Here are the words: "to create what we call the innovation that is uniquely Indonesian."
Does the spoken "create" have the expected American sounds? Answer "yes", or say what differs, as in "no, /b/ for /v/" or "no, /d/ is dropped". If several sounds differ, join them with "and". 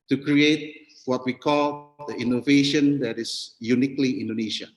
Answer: yes